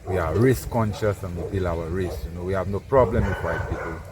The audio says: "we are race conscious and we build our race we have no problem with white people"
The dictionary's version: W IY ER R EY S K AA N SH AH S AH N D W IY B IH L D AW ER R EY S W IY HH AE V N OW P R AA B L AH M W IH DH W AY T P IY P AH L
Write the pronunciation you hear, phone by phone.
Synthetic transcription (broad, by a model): W IY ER R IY S K AA N SH AH S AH N W IY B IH L AW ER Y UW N W IY HH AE V N OW P R AA B L AH M W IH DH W AY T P IY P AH L